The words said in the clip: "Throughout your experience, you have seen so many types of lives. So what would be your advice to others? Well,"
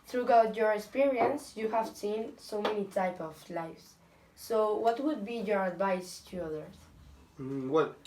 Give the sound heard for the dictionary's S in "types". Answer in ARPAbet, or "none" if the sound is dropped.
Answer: none